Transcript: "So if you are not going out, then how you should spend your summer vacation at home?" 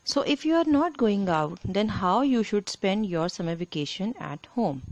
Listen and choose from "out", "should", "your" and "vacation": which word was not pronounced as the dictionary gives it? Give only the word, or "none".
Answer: vacation